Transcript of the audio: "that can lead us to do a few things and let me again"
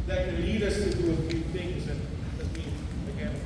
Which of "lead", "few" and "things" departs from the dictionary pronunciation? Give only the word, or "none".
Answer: none